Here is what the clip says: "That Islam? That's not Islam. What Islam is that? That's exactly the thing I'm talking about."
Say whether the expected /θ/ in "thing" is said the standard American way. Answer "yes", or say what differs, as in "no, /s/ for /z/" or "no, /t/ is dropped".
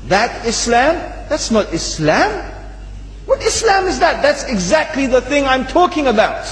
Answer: yes